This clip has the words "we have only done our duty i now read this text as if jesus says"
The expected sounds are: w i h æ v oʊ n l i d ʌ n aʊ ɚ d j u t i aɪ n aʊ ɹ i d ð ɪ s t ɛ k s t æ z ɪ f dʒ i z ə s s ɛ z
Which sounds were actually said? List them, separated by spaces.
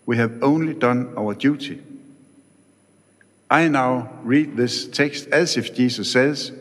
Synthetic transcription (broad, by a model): w i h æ v oʊ n l i d ʌ n aʊ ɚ d j u t i aɪ n aʊ ɹ i d ð ɪ s t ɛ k s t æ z ɪ f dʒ i s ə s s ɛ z